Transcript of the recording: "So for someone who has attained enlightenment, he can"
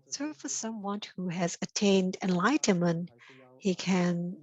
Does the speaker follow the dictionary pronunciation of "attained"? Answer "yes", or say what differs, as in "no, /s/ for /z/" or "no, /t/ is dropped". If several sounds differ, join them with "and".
yes